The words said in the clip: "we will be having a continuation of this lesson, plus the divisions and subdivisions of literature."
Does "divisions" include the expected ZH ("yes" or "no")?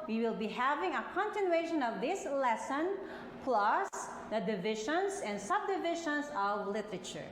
no